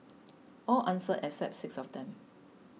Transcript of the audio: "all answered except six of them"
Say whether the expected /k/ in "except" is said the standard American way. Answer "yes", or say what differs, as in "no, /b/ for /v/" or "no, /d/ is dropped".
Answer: no, /k/ is dropped